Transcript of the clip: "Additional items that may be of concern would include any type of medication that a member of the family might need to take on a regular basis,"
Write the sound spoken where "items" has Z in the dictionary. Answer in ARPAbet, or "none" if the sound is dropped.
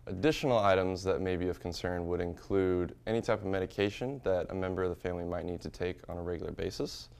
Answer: Z